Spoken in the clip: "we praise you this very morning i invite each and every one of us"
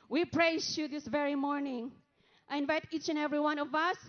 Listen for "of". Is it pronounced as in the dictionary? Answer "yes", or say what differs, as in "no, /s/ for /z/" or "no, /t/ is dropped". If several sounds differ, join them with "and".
yes